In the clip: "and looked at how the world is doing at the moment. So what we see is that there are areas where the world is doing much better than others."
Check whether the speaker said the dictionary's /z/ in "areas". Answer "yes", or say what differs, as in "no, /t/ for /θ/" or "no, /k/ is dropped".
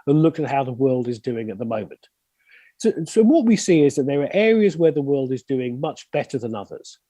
yes